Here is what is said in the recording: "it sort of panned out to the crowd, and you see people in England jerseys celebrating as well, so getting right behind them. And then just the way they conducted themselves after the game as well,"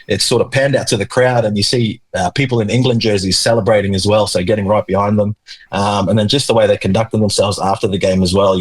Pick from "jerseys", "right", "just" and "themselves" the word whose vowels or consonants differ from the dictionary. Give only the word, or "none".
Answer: none